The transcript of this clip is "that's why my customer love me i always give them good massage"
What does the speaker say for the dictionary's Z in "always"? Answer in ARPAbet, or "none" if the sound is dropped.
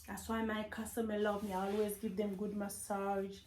Z